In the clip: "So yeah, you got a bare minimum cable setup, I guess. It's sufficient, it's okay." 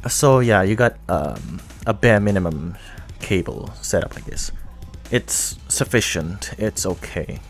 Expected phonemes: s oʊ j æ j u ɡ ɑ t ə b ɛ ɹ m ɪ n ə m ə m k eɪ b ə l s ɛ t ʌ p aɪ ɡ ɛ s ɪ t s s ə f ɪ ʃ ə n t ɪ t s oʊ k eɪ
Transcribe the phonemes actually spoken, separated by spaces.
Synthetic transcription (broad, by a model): s oʊ j æ j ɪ ɡ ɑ t ə b ɛ ɹ m ɪ n ə m ə m k eɪ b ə l s ɛ t ʌ p aɪ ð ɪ s ɪ t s s ə f ɪ ʃ ə n t ɪ t s oʊ k eɪ